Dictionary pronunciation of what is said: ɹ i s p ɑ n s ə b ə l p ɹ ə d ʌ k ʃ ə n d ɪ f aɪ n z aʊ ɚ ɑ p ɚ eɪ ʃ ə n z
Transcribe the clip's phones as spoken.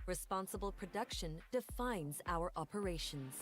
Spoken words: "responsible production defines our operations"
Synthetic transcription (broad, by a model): ɹ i s p ɑ n s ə b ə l p ɹ ə d ʌ k ʃ ə n d ɪ f aɪ n z aʊ ɚ ɑ p ɚ eɪ ʃ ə n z